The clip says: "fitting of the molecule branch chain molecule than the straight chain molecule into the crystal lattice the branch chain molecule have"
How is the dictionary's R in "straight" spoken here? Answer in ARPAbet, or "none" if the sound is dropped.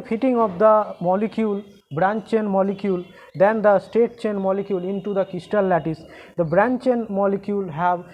none